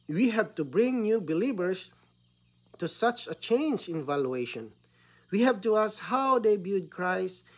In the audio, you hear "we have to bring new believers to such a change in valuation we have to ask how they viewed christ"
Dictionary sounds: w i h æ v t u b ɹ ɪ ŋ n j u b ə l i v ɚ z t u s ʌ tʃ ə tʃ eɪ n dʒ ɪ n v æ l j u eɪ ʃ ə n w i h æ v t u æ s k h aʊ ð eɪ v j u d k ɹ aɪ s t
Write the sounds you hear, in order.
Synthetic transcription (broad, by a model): w i h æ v t u b ɹ ɪ ŋ n j u b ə l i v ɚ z t u s ʌ tʃ ə tʃ eɪ n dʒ ɪ n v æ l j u eɪ ʃ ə n w i h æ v t u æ s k h aʊ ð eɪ b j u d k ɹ aɪ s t